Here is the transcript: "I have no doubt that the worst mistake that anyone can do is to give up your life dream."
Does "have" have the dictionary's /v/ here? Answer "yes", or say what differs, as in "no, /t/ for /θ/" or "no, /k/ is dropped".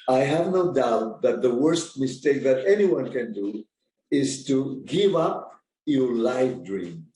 yes